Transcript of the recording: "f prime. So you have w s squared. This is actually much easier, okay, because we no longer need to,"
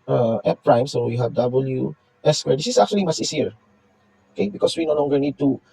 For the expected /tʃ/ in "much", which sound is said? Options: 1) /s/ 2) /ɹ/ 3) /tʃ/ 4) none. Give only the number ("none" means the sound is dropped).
1